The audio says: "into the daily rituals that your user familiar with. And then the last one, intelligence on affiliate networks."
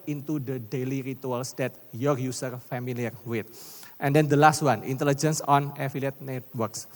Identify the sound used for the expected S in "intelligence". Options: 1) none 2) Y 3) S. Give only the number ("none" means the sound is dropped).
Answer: 3